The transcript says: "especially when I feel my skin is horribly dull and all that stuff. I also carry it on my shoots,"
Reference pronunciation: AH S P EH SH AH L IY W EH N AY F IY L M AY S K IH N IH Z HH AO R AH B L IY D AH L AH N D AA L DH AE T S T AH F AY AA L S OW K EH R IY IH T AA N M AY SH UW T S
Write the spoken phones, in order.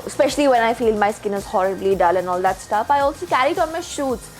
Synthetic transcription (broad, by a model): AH S P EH SH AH L IY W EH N AY F IY L M AY S K IH N IH Z HH AO R AH B L IY D AH L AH N AA L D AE T S T AH F AY AA L S OW K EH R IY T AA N M AY SH UW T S